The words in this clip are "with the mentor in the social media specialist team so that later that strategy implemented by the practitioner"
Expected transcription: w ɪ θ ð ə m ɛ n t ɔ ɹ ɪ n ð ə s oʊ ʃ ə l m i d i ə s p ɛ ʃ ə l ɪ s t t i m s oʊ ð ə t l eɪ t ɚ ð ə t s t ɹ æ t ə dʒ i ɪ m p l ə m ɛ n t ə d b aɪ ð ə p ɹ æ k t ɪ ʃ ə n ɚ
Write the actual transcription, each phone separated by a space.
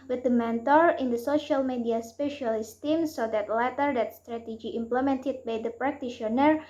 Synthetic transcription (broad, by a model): w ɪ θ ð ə m ɛ n t ɔ ɹ ɪ n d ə s oʊ ʃ ə l m i d i ə s p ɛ ʃ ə l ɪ s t t i m s oʊ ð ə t l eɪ t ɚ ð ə t s t ɹ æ t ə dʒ i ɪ m p l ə m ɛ n t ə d b aɪ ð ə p ɹ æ k t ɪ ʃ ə n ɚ